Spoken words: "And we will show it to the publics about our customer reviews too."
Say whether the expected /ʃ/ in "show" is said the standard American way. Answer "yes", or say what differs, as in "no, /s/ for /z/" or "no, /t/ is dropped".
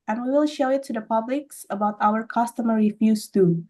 yes